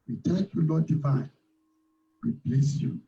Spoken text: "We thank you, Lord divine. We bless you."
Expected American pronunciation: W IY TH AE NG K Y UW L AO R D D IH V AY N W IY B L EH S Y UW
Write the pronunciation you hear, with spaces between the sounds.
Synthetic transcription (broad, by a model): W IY T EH K Y UW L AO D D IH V AY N W IY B L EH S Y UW